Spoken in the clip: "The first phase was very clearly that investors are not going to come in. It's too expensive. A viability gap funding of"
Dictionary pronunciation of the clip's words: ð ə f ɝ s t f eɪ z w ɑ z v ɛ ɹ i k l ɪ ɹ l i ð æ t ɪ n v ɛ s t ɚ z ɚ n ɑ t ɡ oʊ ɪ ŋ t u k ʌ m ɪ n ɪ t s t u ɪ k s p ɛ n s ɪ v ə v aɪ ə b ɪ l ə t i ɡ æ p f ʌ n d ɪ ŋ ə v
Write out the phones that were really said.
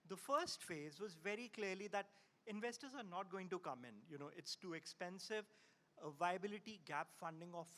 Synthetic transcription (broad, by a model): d ə f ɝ s t f eɪ z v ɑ z v ɛ ɹ i k l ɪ ɹ l i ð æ t ɪ n v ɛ s t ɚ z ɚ n ɑ t ɡ oʊ ɪ ŋ t u k ʌ m ɪ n ɪ t s t u ɪ k s p ɛ n s ɪ v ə v aɪ ə b ɪ l ə t i ɡ æ p f ʌ n d ɪ ŋ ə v